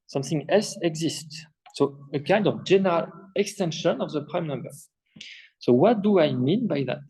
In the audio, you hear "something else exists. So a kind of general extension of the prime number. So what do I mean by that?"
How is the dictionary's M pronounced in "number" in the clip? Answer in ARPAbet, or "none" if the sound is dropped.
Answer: M